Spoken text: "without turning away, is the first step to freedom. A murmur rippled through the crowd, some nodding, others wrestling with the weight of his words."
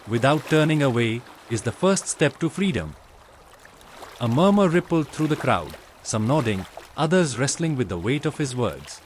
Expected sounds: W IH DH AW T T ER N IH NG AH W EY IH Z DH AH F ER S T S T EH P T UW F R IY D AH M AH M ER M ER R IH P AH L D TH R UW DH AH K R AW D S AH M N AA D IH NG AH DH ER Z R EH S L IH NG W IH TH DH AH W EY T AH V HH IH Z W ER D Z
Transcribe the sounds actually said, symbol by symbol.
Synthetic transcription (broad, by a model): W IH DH AW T T ER N IH NG AH W EY IH Z DH AH F ER S T S T EH P T UW F R IY D AH M AH M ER M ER R IH P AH L D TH R UW DH AH K R AW D S AH M N AA D IH NG AH DH ER Z R EH S L IH NG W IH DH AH W EY T AH V HH IH Z W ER D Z